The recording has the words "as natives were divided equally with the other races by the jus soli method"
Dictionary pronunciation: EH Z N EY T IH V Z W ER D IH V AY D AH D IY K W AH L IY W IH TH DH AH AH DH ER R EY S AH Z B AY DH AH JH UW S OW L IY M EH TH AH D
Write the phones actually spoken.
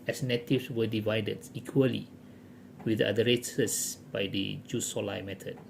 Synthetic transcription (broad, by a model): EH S N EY T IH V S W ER D IH V AY D AH D IY K W AH L IY W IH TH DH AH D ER R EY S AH S B AY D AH JH UW S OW L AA M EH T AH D